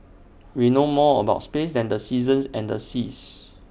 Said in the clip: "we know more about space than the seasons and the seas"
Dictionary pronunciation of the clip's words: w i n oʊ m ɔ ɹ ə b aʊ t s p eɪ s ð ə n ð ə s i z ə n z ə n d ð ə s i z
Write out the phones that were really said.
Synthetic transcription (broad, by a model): w i n oʊ m ɔ ə b aʊ t s p eɪ s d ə n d ə s i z ə n s ə n d ə s i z